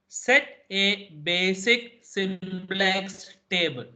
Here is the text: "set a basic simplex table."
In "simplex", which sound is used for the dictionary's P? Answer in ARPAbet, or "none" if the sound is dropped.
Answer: B